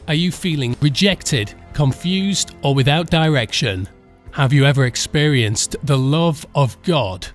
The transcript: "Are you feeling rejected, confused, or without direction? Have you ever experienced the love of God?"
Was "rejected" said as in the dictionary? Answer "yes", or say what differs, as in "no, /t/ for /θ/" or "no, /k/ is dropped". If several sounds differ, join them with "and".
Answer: yes